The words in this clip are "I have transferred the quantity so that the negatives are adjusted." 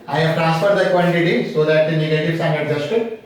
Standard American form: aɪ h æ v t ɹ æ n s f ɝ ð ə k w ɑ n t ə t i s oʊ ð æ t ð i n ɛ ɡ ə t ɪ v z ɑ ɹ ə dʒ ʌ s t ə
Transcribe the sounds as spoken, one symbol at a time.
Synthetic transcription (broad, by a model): aɪ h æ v t ɹ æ n s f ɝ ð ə k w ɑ l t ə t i s oʊ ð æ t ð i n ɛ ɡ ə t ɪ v s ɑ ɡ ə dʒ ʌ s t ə